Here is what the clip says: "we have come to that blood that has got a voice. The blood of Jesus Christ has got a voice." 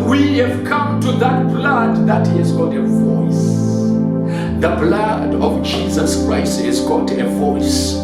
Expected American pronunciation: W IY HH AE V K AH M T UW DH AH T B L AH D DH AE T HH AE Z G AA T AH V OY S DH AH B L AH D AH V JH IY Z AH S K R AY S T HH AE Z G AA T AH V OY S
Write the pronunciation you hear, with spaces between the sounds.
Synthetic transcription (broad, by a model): W IY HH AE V K AH M T UW DH AH T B L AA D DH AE T HH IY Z G AA T AH V OY S DH AH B L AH D AH V JH IY Z AH S K R AY S T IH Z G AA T AH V OY S